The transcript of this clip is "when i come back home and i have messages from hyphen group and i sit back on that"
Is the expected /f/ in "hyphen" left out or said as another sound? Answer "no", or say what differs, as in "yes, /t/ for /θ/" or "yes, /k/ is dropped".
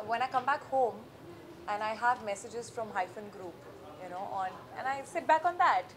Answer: no